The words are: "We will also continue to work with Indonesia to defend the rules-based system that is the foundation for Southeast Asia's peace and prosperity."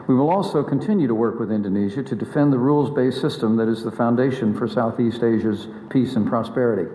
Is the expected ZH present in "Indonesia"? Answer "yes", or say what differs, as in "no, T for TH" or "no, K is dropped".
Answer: yes